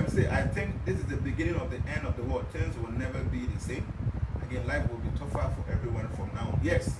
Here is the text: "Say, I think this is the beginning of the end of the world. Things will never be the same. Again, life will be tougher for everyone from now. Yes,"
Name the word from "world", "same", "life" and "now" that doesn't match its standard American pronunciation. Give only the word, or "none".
world